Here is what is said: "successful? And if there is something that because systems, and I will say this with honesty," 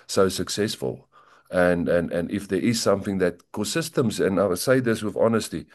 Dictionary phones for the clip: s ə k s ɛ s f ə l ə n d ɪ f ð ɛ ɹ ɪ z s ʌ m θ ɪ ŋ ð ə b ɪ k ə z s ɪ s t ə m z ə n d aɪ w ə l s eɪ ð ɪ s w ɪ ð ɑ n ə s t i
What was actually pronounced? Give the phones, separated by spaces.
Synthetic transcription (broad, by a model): s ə k s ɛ s f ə l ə n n ɪ f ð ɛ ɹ ɪ z s ʌ m θ ɪ ŋ ð ə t k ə s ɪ s t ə m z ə n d aɪ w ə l s eɪ ð ɪ s w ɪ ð ɑ n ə s t i